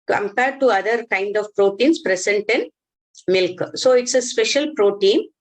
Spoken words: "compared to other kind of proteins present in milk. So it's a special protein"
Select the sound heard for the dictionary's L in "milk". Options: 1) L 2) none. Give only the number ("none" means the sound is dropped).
1